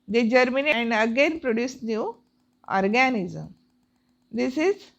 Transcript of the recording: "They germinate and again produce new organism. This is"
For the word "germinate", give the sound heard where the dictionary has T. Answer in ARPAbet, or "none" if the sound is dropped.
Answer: none